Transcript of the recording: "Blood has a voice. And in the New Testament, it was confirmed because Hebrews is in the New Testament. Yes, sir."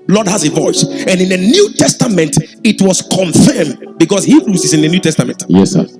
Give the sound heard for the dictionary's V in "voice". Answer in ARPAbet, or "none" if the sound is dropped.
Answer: V